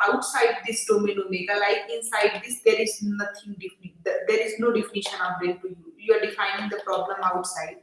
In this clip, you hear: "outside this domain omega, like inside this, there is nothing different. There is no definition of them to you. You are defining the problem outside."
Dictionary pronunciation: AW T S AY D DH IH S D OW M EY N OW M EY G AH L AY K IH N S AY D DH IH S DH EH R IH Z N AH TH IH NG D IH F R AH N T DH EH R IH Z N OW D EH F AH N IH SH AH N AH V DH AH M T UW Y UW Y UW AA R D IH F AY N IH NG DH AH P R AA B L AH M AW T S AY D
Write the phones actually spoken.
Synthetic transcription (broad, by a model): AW T S AY D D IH S D OW M EY N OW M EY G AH L AY K IH N S AY D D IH S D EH R IH Z N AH T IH NG D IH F R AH N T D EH R IH Z N OW D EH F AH N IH SH AH N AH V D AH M T UW Y UW Y UW AA R D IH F AY N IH NG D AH P R AA B L AH M AW T S AY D